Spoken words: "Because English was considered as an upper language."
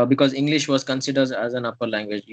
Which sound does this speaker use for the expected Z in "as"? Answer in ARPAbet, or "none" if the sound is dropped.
Z